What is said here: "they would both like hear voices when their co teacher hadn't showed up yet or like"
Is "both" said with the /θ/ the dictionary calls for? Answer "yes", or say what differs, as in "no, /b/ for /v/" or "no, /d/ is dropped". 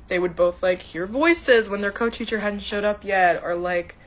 yes